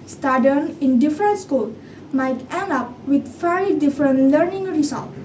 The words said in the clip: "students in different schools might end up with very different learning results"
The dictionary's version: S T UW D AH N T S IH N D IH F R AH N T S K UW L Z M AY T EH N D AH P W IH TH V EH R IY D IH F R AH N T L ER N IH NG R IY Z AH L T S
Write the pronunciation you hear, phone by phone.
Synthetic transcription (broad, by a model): S T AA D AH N IH N D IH F R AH N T S K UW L M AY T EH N AH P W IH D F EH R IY D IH F R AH N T L ER N IH NG R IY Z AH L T